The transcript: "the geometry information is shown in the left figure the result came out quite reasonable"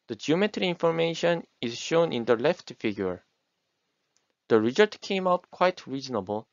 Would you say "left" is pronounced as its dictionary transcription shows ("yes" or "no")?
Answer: yes